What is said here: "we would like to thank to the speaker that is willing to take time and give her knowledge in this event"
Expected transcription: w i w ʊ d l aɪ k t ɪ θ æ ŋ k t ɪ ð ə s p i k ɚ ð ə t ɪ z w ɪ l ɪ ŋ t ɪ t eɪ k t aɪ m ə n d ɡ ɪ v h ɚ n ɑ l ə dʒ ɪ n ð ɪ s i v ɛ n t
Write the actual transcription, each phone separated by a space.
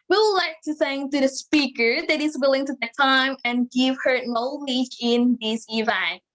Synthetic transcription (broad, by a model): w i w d l aɪ k t ɪ s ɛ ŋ t ɪ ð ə s p i k ɚ ð ə t ɪ z w ɪ l ɪ ŋ t ɪ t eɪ t aɪ m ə n ɡ ɪ v h ɚ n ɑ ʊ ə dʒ ɪ n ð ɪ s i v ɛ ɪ